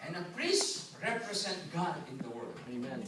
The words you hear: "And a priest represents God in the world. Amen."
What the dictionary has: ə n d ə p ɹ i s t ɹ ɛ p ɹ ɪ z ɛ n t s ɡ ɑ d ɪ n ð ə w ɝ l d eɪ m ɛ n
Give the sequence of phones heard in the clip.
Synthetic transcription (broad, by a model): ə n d ə p ɹ i s t ɹ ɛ p ɹ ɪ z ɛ n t ɡ ɑ d ɪ n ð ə w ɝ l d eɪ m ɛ n